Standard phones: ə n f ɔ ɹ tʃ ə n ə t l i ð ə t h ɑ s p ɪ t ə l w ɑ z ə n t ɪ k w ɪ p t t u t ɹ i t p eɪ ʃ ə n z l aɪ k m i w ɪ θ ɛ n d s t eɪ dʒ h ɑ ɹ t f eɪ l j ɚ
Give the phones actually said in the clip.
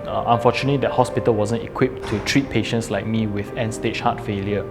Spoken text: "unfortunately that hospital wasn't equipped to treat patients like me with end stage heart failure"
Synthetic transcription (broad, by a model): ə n f ɔ tʃ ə n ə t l i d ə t h ɑ s p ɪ t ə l w ɑ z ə n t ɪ k w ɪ p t t u t ɹ i t p eɪ ʃ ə n s l aɪ k m i w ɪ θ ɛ n s t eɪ tʃ h ɑ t f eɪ l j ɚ